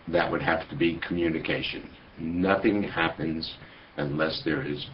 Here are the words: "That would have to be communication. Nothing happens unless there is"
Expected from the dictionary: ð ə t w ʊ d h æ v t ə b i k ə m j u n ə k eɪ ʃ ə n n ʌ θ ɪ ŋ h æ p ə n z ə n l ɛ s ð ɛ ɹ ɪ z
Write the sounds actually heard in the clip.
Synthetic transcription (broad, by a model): ð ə t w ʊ d h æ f t ə b i k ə m j u n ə k eɪ ʃ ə n n ʌ θ ɪ ŋ h æ p ə n z ə n l ɛ s ð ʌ ɹ ɪ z